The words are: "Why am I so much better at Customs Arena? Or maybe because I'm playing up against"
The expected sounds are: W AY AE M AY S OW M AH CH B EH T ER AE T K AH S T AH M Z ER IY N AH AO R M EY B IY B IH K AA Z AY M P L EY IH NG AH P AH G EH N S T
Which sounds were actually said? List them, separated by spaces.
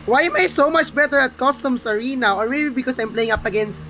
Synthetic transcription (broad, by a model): W AY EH M AY S OW M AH CH B EH T ER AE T K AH S T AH M S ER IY N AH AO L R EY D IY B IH K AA S AY M P L EY IH NG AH P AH G EH N S T